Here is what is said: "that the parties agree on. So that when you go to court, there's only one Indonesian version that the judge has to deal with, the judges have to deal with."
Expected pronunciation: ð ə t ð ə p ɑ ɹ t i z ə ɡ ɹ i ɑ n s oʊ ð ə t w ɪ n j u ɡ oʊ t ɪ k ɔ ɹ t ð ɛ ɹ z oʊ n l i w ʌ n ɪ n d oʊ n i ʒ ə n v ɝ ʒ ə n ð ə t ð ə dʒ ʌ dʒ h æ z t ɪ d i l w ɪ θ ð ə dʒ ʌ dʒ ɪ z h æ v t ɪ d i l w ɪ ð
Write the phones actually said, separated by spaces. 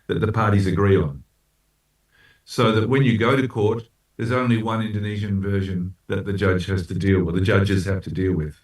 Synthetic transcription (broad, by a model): ð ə t ð ə p ɑ ɹ t i z ə ɡ ɹ i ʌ n s oʊ ð ə t w ɪ n j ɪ ɡ oʊ t ɪ k ɔ ɹ t ð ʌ ɹ z oʊ n l i w ʌ n ɪ n d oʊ n i ʒ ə n v ɝ ʒ ə n ð ə t ð ə dʒ ʌ dʒ h æ z t ɪ d i l w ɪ ð ə dʒ ʌ dʒ ɪ z h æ f t ɪ d i l w ɪ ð